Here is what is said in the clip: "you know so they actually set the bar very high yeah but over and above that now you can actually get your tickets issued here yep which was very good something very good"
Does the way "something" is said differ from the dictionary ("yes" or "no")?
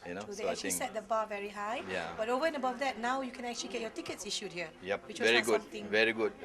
yes